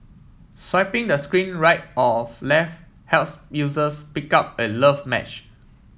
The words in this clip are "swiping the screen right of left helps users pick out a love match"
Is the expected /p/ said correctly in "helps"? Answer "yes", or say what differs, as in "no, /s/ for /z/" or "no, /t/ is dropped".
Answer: no, /p/ is dropped